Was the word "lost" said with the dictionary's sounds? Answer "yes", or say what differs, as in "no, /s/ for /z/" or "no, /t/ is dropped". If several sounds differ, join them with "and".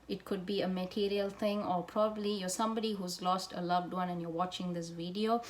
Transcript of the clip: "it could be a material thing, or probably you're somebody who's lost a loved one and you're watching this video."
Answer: yes